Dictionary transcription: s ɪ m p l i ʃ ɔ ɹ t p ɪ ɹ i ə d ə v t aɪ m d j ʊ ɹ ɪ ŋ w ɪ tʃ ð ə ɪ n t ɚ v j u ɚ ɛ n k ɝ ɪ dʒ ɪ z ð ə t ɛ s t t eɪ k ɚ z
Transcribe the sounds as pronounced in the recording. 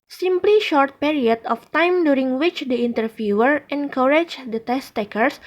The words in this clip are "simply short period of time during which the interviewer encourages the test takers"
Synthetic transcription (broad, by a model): s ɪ m p l i ʃ ɔ ɹ t p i ɹ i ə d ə f t aɪ m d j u ɹ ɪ ŋ w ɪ tʃ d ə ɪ n t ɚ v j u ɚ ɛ n k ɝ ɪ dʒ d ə t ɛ s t t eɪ k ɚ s